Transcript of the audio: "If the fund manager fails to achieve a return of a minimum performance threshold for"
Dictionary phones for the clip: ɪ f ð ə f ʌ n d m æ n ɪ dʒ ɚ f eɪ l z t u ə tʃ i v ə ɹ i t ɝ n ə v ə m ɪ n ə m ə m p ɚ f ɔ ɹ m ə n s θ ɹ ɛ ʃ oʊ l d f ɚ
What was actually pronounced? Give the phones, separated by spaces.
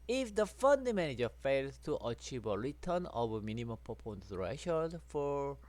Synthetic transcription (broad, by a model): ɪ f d ə f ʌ n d m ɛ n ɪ dʒ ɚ f eɪ l s t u ə tʃ i v ə ɹ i t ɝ n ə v ə m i n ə m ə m p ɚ p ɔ n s ɹ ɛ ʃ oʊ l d f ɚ